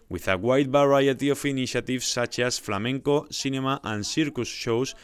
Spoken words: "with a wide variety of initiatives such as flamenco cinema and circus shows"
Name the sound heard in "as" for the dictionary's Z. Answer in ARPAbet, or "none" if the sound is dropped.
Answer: S